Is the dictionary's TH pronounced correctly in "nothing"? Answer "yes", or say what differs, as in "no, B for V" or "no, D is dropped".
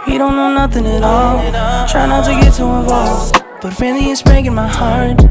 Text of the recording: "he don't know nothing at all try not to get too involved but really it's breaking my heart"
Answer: yes